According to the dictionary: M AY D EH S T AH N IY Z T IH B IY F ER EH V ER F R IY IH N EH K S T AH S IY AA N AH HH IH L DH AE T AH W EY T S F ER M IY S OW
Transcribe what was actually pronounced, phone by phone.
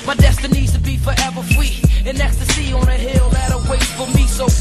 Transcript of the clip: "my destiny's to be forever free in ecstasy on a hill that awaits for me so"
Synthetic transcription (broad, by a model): M AY D EH S T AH N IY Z T IH B IY F ER EH V ER F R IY IH N EH K S T AH S IY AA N AH HH IH L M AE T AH W EY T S F ER M IY S OW